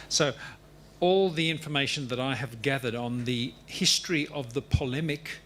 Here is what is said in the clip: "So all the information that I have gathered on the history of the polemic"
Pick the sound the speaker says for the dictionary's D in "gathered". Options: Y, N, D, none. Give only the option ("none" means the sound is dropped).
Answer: D